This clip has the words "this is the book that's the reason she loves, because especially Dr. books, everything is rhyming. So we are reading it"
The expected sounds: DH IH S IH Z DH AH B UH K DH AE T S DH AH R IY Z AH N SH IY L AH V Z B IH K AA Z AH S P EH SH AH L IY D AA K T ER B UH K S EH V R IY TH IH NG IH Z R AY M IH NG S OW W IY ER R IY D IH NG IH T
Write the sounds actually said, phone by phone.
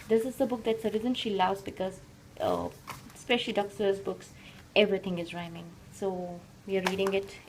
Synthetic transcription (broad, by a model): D IH S IH Z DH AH B UH K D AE T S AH R IY Z AH N SH IY L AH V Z B IH K AA Z AH S P EH SH AH L IY D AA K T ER B UH K S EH V R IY T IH NG IH Z R AY M IH NG S OW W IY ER R IY D IH NG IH T